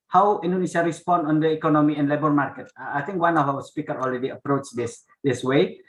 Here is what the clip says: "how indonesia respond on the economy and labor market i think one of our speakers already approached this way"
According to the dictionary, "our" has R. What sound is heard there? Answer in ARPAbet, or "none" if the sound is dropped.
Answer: W